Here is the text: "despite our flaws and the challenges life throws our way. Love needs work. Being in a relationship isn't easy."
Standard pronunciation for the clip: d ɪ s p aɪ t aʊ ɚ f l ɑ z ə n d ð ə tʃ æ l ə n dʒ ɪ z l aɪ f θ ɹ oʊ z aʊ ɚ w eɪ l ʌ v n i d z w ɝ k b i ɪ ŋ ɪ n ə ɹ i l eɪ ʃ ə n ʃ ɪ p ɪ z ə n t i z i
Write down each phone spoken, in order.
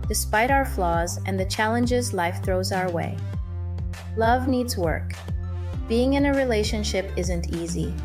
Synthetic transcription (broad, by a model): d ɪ s p aɪ t aʊ ɚ f l ɑ z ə n ð ə tʃ æ l ə n dʒ ɪ z l aɪ f θ ɹ oʊ z aʊ ɚ w eɪ l ʌ v n i d z w ɝ k b i ɪ ŋ ɪ n ə ɹ i l eɪ ʃ ə n ʃ ɪ p ɪ z ə n t i z i